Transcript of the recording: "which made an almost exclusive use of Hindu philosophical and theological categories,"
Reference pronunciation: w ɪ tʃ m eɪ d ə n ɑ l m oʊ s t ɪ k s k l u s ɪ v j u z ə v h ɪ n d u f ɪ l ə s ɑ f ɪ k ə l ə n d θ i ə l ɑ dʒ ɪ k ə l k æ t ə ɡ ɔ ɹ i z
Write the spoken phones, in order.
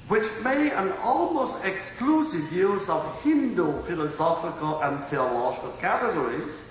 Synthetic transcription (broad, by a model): w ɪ tʃ m eɪ ə n ɑ l m oʊ s t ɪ k s k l u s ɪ v j u z ə v h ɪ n d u f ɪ l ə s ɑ f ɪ k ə l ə n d θ i ə l ɑ dʒ ɪ k ə l k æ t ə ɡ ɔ ɹ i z